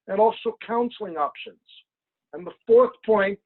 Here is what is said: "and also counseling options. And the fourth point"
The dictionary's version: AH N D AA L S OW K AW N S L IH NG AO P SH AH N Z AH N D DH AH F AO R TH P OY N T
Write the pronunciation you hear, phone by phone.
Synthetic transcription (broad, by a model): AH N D AA L S OW K AW N S L IH NG AO P SH AH N Z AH N DH AH F AO R TH P OY N T